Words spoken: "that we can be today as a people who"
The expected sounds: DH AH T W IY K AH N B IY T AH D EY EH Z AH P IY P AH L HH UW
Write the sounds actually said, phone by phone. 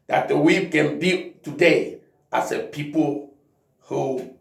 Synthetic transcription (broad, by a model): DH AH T W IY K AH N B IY T AH D EY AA S AH P IY P AH L HH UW